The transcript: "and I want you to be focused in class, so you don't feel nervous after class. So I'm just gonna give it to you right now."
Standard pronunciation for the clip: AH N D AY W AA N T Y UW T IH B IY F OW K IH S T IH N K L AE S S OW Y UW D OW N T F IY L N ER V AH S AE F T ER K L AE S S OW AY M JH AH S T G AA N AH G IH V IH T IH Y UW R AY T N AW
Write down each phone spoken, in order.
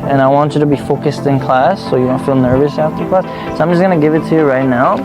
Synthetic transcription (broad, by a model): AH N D AY W AA N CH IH T IH B IY F OW K IH S T IH N K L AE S S OW Y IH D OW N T F IY L N ER V AH S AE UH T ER K L AE S S OW AY M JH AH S G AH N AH G IH V IH T IH Y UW R AY T N AW